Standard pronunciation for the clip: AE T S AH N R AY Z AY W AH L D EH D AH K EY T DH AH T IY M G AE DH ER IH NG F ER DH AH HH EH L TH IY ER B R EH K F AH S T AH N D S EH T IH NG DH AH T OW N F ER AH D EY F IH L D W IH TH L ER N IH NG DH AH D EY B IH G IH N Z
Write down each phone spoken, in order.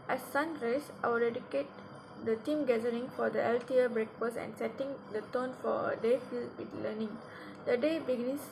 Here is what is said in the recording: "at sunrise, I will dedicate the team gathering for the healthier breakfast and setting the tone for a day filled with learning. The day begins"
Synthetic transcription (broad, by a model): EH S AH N R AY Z AY W AH L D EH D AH K EY T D AH T IY M G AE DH ER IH NG F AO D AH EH L T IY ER B R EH K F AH S AH N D S EH T IH NG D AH T OW N F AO AH D EY F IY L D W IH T L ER N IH NG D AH D EY B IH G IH N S